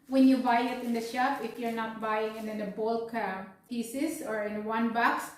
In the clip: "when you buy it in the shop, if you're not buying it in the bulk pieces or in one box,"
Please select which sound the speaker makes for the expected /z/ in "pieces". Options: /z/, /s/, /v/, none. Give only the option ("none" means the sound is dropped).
/s/